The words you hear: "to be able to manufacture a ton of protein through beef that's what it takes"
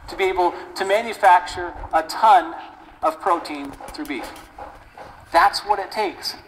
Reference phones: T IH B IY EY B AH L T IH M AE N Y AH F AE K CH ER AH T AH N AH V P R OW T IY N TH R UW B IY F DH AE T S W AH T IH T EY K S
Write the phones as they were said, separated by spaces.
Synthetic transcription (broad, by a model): T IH B IY EY B L T IH M AE N Y AH F AE K CH ER AH T AH N AH V P R OW T IY N TH R UW B IY F DH AE T S W AH T IH T EY K S